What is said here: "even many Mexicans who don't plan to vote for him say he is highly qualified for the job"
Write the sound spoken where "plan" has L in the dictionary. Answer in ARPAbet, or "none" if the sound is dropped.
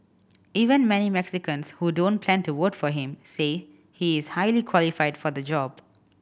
L